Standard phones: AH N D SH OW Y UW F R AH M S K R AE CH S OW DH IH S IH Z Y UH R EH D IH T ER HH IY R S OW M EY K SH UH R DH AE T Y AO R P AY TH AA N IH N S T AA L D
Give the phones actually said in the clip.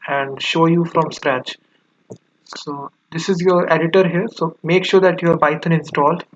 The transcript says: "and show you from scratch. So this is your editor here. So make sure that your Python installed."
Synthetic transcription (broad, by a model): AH N D SH OW Y UW F R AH M S K R AE CH S OW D IH S IH Z Y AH R EH D IH T ER HH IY R S OW M EY K SH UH R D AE T Y AO R B AY T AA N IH N S T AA L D